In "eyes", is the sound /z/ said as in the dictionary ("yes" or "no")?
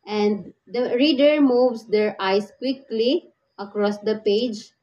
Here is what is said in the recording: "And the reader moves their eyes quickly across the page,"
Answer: no